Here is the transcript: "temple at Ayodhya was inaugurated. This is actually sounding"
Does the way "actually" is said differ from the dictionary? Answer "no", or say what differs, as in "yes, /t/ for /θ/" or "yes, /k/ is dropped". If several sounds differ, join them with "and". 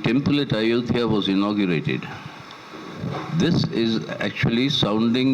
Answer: no